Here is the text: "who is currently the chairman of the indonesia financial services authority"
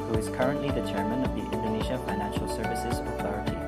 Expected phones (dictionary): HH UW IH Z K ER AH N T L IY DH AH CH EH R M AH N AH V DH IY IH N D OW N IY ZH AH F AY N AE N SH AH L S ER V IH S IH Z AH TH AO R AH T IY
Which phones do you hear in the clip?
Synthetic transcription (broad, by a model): HH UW IH Z K ER AH N T L IY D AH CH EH R M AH N AH V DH IY IH N D OW N IY ZH AH F AY N AE N SH AH L S ER V IH S IH Z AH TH AO R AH T IY